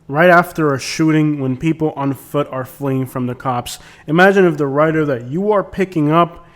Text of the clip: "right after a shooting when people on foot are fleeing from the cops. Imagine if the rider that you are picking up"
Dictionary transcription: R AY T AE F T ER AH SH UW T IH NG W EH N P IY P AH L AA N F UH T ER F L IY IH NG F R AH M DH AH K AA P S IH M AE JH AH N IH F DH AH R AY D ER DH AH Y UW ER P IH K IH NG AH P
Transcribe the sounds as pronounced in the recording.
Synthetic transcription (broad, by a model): R AY T AE F T ER AH SH UW T IH NG W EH N P IY P L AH N F UH T ER F L IY IH NG F R AH M DH AH K AA P S IH M AE JH AH N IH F DH AH R AY D ER DH AH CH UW ER P IH K IH NG AH P